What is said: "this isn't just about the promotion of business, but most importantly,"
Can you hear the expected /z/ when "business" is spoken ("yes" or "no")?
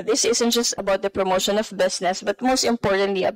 no